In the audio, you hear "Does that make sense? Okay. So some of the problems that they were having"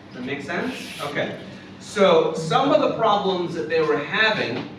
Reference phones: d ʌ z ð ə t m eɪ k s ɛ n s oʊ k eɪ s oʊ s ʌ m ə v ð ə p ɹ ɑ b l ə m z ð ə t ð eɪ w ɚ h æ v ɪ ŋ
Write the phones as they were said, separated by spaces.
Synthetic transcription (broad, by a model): ð ə t m eɪ k s ɛ n s oʊ k eɪ s oʊ s ʌ m ə v ð ə p ɹ ɑ b l ə m z ð ə t ð eɪ w ɚ h æ v ɪ ŋ